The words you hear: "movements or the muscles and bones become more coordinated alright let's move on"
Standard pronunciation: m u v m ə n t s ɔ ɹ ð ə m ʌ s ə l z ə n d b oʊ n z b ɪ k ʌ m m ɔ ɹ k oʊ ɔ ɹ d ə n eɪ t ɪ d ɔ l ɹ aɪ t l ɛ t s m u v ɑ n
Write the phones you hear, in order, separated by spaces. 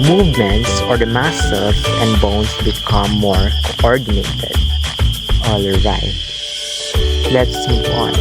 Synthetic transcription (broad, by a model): m u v m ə n t s ɔ ɹ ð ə m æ s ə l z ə n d b oʊ n s b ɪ k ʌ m m ɔ ɹ k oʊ ɔ ɹ d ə n eɪ t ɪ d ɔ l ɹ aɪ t l ɛ t s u p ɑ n